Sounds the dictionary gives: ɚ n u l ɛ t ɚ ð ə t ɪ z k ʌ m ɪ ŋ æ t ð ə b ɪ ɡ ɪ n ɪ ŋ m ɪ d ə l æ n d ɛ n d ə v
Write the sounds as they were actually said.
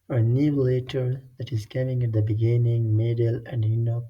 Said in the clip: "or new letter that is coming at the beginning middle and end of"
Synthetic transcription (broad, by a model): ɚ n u l ɛ t ɚ ð ə t ɪ z k ʌ m ɪ ŋ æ t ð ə b ɪ ɡ ɪ n ɪ ŋ m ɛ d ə l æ n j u n ə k